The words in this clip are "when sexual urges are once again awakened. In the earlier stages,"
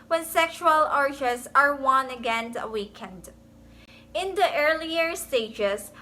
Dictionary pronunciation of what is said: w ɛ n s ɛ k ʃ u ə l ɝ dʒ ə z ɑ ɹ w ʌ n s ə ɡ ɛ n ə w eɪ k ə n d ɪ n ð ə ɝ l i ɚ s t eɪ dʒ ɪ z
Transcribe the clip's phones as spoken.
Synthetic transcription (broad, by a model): w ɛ n s ɛ k ʃ u ə l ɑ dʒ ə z ɑ ɹ w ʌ n ə ɡ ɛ n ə w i k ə n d ɪ n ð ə ɝ l i ɚ s t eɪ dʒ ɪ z